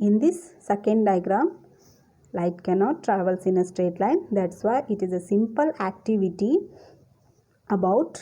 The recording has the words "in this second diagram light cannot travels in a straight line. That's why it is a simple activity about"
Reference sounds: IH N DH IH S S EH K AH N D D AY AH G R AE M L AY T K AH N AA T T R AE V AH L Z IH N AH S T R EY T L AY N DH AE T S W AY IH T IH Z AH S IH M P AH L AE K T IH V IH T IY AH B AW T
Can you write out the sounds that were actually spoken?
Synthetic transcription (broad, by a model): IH N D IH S S EH K AH N D D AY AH G R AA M L AY T K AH N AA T T R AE V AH L S IH N AH S T R EY T L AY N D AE T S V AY IH T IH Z AH S IH M P AH L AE K T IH V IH T IY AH B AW T